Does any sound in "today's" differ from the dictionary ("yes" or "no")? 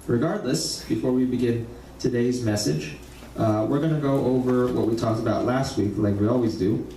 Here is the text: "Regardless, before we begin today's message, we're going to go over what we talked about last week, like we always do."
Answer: no